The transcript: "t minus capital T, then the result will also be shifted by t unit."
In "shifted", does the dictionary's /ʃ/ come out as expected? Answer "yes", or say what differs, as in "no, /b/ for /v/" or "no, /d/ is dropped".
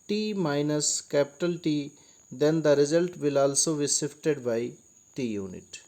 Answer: no, /s/ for /ʃ/